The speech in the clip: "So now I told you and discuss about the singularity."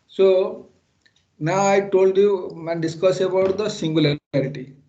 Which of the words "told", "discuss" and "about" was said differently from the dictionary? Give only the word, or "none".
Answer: none